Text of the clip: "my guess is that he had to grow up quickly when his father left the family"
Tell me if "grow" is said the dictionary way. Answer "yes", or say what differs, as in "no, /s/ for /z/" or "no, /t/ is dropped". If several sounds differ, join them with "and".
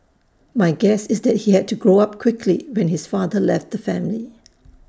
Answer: yes